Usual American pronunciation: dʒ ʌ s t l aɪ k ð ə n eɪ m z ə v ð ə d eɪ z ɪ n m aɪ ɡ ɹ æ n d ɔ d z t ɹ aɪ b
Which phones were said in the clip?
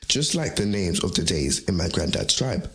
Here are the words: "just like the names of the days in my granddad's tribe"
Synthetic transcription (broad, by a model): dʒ ʌ s t l aɪ k ð ə n eɪ m z ə v ð ə d eɪ z ɪ n m aɪ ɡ ɹ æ n d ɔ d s t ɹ aɪ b